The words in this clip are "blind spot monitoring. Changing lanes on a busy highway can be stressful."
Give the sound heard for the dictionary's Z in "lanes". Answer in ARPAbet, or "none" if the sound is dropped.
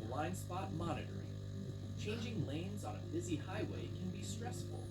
Z